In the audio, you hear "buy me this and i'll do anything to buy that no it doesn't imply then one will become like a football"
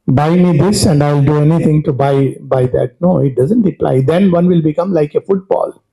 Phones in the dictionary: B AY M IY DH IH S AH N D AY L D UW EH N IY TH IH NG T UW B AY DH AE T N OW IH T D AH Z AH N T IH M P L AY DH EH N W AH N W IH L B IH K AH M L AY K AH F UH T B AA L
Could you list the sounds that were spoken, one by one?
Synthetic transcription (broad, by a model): B AY M IY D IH S AH N D AY L D UW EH N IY T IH NG T UW B AY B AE T N OW IH T D AH Z AH N T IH P L AY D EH N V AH N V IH L B IH K AH M L AY K AH F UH T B AA L